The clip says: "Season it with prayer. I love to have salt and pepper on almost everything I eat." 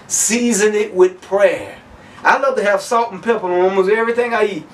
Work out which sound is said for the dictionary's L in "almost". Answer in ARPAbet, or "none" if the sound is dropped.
none